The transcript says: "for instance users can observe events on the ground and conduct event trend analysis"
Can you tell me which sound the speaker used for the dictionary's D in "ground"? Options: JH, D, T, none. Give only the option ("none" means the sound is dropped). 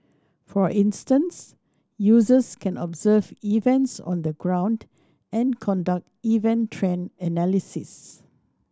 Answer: D